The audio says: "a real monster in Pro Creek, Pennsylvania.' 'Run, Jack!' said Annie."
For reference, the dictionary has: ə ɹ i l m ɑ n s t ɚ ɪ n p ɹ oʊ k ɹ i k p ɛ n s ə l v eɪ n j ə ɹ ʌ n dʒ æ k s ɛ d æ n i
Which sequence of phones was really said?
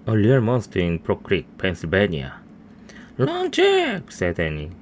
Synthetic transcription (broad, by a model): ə l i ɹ m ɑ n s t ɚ ɪ n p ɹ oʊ k ɹ i k p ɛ n s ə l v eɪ n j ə l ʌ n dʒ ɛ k s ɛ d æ n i